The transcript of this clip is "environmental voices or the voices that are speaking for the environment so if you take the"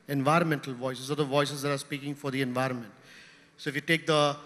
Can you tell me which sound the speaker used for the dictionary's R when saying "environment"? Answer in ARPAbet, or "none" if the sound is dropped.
R